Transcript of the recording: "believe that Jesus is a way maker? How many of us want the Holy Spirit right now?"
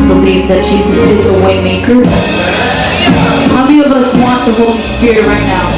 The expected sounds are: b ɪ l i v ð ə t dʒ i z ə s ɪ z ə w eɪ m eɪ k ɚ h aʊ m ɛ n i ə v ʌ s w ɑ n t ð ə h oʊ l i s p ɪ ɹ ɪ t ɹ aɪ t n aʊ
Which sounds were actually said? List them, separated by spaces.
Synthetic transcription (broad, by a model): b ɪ l i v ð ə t ʃ i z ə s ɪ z ə w eɪ m eɪ k ɚ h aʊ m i ə v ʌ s w ɑ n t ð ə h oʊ i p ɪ ɹ ɹ aɪ t n aʊ